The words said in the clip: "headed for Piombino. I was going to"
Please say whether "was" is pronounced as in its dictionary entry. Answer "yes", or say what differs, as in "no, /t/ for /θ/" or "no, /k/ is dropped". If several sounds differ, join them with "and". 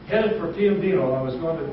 yes